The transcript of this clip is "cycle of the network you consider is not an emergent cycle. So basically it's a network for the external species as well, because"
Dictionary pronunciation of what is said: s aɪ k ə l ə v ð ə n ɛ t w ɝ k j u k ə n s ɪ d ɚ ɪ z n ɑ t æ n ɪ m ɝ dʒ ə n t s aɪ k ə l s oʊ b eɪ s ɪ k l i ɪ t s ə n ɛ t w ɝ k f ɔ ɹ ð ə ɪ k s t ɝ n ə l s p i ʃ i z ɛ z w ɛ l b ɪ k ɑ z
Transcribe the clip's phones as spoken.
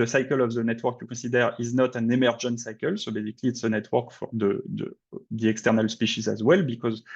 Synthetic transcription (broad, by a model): s aɪ k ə l ə v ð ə n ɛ t w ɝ k j u k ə s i d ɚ ɪ z n ɑ t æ n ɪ m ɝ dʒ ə n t s aɪ k ə l s oʊ b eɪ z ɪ k l i t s ə n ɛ t w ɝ k f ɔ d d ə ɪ k s t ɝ n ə l s p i ʃ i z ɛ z w ɛ l b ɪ k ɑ z